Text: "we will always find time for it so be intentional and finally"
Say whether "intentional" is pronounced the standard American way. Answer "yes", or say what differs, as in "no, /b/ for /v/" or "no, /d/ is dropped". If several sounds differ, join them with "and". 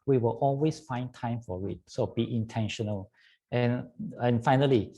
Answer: yes